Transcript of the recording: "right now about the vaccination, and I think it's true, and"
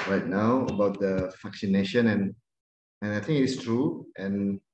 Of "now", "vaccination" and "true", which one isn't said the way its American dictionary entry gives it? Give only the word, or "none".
vaccination